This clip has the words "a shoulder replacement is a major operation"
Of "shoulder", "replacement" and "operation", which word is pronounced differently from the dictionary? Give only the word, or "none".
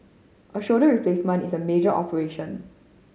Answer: shoulder